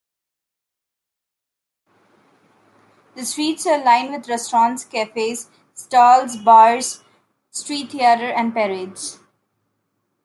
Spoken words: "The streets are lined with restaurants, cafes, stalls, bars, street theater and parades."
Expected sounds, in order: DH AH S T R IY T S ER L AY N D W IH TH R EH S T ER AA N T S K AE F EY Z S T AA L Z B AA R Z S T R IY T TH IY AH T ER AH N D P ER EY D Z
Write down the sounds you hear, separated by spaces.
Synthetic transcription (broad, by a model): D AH S T R IY T S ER L AY N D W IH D R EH S T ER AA N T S K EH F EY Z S T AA L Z B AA R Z S T R IY T T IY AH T ER AH N D P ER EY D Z